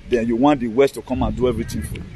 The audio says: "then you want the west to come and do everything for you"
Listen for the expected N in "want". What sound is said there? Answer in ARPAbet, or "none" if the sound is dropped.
N